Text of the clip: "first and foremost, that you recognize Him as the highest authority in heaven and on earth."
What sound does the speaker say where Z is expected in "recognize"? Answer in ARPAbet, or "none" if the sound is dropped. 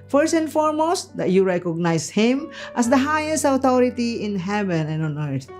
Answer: S